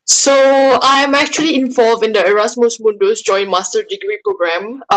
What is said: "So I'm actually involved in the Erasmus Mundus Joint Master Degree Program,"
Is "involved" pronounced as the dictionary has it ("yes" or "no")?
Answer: no